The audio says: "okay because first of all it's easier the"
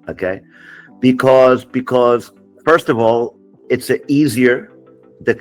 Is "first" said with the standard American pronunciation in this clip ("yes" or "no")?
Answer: yes